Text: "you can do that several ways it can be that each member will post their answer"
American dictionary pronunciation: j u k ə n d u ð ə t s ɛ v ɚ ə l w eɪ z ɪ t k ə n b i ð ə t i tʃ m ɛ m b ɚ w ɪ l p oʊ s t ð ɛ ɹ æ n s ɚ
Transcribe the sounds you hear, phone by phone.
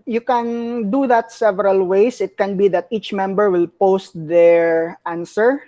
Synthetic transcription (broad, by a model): j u k ə n d u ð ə t s ɛ v ɚ ə l w eɪ s ɪ t k ə n b i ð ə t i tʃ m ɛ m b ɚ w ɪ l p oʊ s t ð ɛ ɹ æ n s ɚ